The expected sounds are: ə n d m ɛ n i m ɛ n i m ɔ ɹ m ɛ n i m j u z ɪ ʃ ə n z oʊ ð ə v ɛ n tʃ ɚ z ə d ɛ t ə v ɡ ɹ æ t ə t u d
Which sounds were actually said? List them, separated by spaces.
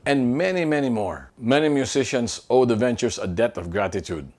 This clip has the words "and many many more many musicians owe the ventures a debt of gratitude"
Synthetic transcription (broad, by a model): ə n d m ɛ n i m ɛ n i m ɔ ɹ m ɛ n i m j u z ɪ ʃ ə n s oʊ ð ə v ɛ n tʃ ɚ s ə d ɛ t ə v ɡ ɹ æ t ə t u d